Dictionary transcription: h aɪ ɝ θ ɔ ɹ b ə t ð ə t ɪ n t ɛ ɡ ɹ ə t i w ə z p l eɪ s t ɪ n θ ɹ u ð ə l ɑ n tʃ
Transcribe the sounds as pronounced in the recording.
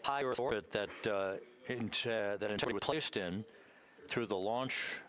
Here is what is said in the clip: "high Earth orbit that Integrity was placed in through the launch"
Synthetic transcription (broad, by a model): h aɪ ɝ θ ɔ ɹ b ə t ð ə t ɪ n t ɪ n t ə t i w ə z p l eɪ s t ɪ n θ ɹ u ð ə l ɑ n tʃ